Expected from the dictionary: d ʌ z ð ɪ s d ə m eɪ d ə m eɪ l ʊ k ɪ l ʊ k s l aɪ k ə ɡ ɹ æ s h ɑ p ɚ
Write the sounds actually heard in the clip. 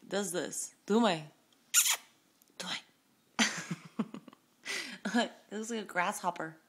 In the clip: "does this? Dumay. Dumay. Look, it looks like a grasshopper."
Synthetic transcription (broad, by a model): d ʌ z ð ɪ s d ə m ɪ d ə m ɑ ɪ ɪ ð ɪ s l aɪ k ə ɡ ɹ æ s h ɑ p ɚ